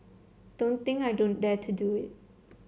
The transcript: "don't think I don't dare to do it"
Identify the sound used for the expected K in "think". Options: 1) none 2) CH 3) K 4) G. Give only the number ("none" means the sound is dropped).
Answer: 1